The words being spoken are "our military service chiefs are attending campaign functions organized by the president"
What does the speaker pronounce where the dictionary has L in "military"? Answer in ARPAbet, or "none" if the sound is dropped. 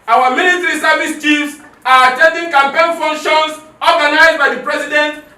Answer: N